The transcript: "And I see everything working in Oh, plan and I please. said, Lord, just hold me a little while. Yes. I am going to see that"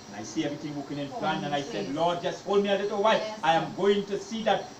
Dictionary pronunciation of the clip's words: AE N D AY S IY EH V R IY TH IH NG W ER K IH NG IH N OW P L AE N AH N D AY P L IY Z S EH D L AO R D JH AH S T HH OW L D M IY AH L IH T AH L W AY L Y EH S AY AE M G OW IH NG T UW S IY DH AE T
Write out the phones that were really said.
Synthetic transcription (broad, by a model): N AY S IY EH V R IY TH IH NG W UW K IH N IH N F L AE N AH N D AY S EH D L AO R D JH AH S T HH OW L D M IY AH L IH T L W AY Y AY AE M G OW IH NG T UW S IY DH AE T